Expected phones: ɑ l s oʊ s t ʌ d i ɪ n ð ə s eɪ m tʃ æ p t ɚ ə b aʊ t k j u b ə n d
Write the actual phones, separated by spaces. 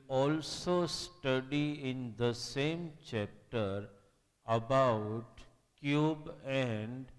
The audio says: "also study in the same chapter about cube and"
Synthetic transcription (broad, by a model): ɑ l s oʊ s t ʌ d i ɪ n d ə s eɪ m tʃ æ p t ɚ ə b aʊ t k j u b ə n d